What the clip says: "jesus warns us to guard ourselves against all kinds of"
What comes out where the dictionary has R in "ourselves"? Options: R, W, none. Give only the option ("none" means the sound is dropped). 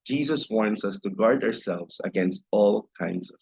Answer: R